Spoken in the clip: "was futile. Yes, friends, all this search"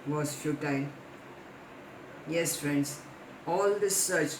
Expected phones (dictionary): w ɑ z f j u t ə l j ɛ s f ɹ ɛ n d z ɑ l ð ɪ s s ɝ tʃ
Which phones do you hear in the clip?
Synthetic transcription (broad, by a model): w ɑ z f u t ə n j ɛ s f ɹ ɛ n d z ɑ l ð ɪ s s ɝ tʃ